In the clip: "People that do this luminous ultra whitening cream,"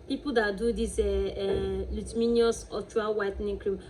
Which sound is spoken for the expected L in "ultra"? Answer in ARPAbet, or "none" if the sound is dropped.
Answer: none